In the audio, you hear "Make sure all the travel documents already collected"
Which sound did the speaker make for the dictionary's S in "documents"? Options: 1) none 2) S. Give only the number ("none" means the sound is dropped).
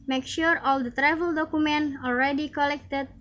1